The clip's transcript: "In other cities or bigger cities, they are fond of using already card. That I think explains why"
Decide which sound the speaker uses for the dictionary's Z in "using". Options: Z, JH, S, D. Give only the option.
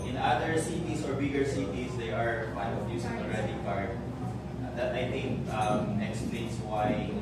S